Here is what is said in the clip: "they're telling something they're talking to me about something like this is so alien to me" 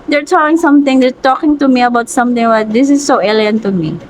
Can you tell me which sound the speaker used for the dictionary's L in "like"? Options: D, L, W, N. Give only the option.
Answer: W